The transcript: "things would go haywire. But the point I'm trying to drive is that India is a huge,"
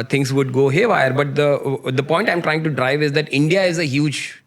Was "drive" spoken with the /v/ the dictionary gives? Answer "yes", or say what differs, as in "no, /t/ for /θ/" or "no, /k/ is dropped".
yes